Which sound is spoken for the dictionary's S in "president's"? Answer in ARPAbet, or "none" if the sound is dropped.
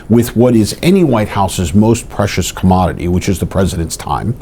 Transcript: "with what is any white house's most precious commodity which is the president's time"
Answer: S